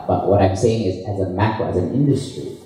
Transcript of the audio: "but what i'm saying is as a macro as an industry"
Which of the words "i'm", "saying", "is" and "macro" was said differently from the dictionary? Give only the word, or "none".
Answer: none